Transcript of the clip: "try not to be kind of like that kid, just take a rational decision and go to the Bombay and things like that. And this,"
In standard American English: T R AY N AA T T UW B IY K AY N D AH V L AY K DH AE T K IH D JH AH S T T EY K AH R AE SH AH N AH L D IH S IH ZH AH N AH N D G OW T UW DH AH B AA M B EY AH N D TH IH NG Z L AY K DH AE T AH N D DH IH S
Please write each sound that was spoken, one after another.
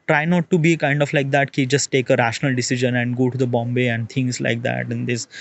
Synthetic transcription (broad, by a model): T R AY N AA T T UW B IY K AY N D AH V L AY K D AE T K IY JH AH S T T EY K AH R AE SH AH N AH L D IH S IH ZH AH N AH N D G OW T UW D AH B AA M B EY AH N D T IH NG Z L AY K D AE T AH N D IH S